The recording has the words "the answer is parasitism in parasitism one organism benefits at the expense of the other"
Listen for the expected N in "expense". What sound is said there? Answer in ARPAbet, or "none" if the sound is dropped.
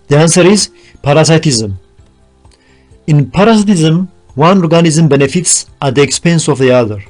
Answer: N